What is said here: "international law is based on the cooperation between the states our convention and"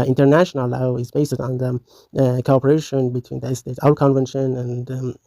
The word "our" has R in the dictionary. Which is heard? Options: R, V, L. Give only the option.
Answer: L